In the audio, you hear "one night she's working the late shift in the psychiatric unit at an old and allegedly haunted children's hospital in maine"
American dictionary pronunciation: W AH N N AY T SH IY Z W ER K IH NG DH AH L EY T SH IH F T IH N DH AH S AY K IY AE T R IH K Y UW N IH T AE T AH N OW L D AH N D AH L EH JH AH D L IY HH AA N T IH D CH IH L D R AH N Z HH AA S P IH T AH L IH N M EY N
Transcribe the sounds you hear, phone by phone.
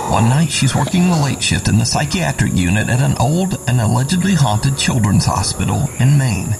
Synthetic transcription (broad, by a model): W AH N N AY T SH IY Z W ER K IH NG DH AH L EY T SH IH F T IH N DH AH S AY K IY AE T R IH K Y UW N IH T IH T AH N OW L D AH N AH L EH JH AH D L IY HH AA N T IH D CH IH L D R AH N Z HH AA S P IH T L IH N M EY N